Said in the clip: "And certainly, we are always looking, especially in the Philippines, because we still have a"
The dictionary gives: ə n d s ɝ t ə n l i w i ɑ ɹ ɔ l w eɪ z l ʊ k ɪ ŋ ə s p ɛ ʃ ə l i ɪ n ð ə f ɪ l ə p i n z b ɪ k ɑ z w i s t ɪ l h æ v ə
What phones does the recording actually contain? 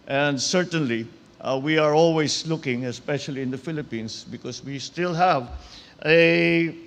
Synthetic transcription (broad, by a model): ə n d s ɝ t ə n l i w i ɑ ɹ ɔ l w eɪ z l ʊ k ɪ ŋ ə s p ɛ ʃ ə l i ɪ n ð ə f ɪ l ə p i n s b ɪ k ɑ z w i s t ɪ l h æ v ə